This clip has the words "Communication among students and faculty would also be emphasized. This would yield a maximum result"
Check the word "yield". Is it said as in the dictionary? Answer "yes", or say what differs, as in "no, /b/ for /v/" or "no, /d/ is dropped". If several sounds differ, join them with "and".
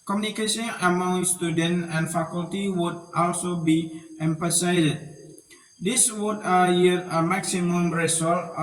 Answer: no, /l/ is dropped